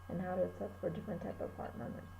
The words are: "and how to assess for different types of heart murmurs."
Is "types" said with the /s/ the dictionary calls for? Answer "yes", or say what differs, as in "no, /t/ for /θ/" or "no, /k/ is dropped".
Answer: no, /s/ is dropped